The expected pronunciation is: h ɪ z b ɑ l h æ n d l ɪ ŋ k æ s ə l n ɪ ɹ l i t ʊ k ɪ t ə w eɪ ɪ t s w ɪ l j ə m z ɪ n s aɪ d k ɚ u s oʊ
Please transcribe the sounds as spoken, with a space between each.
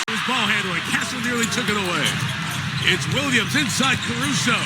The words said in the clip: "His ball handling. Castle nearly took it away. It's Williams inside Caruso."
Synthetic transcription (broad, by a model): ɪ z b ɑ l h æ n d w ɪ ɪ k æ s l n ɪ ɹ l i t ʊ k ɪ t ə w eɪ ɪ t s w ɪ l j ə m z ɪ n s aɪ d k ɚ u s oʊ